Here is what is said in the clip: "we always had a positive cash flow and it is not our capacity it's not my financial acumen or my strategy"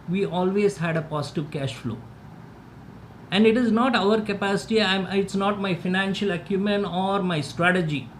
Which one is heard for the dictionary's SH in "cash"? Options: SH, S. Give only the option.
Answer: SH